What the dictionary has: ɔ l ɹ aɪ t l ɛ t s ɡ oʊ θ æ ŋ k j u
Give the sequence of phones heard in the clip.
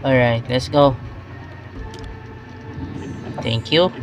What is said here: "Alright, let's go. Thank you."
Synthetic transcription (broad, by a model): ɔ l ɹ aɪ t l ɛ t s ɡ oʊ t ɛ ŋ k j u